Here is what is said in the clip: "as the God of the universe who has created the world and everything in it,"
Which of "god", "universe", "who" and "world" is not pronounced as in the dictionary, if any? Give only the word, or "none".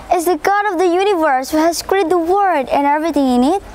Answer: world